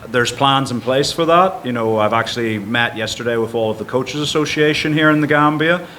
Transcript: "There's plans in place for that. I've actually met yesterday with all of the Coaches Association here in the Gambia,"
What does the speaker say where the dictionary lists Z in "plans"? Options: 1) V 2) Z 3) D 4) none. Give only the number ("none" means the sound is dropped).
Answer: 2